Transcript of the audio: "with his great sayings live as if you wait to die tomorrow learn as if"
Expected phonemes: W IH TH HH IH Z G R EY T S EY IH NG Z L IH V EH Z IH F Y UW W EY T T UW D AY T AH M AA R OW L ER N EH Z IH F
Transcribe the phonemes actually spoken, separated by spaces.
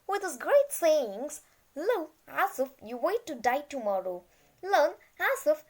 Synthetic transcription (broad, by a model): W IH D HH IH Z G R EY T S EY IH NG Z L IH EH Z IH F Y UW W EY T T UW D AY T AH M AA R OW L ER N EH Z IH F